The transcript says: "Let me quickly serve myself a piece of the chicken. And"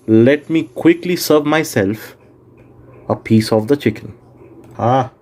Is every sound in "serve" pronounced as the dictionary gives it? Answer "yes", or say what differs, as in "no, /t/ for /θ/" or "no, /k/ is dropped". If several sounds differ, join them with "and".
yes